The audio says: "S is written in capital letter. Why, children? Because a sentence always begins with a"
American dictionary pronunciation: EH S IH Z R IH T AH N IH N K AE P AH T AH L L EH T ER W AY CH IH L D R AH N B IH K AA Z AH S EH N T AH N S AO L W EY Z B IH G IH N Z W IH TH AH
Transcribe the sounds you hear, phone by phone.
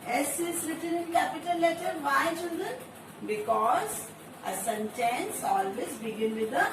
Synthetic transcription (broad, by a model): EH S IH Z R IH T AH N IH N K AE P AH T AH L L EH T ER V AY CH IH L D R AH N B IH K AA Z AH S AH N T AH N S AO L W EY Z B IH G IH N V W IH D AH